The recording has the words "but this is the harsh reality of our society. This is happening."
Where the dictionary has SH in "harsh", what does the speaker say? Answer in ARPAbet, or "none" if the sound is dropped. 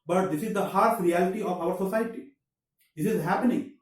S